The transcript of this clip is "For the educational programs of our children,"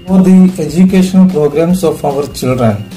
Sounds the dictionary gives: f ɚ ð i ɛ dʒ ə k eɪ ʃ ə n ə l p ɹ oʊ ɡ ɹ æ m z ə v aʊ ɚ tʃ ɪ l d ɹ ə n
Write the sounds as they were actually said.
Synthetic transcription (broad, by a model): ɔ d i ɛ dʒ ə k eɪ ʃ ə n ə l p ɹ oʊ ɡ ɹ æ m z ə p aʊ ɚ tʃ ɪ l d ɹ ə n